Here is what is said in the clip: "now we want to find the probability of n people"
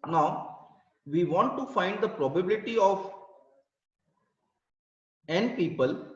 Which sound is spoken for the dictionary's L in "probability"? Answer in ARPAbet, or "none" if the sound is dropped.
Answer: L